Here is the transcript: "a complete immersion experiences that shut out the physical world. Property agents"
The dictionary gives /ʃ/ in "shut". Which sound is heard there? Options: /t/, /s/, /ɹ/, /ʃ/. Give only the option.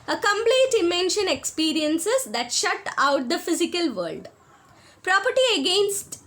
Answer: /ʃ/